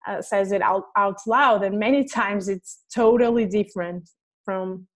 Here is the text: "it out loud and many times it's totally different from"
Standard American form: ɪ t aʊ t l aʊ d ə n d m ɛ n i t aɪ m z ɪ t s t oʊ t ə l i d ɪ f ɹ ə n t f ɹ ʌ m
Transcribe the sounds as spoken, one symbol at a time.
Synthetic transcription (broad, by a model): ɪ t aʊ t l aʊ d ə n m ɛ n i t aɪ m z ɪ t s t oʊ t l i d ɪ f ɹ ə n t f ɹ ʌ m